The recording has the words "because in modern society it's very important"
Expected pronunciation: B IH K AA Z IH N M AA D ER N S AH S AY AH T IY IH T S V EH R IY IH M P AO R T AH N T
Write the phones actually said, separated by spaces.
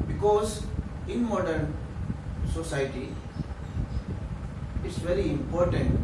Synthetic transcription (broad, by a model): B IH K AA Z IH N M AA D ER N S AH S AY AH T IY IH T S V EH R IY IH M P AO R T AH N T